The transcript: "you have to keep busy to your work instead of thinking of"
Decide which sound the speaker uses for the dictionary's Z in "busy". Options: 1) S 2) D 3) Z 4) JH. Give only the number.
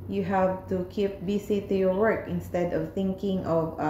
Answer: 1